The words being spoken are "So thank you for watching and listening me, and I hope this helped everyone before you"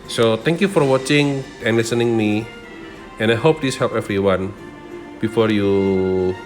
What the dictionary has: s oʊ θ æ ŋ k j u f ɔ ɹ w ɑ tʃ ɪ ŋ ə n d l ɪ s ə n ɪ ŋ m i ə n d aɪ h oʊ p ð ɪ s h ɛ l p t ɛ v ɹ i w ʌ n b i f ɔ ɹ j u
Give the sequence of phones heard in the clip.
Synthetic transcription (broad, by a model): s oʊ t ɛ ŋ k j u f ɔ ɹ w ɑ tʃ ɪ ŋ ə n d l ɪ s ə n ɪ ŋ m i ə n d aɪ h oʊ p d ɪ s h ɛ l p ɛ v ɹ i w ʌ n b i f ɔ ɹ j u